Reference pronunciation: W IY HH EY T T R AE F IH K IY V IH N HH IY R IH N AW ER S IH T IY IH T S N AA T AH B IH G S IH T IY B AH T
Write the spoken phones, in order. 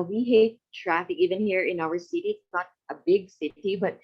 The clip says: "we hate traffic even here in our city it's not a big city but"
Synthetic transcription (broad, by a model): W IY HH EY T T R AE F IH K IY V IH N HH IY R IH N AW ER S IH T IY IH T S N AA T AH B IH G S IH T IY B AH T